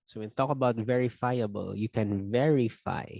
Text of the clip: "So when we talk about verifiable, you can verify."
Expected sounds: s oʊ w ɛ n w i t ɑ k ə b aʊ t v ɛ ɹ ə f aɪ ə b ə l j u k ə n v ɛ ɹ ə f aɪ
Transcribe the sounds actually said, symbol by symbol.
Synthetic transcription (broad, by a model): s oʊ w ɛ n t ɑ k ə b aʊ t v ɛ ɹ ə f aɪ ə b ə l j u k ə n v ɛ ɹ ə f aɪ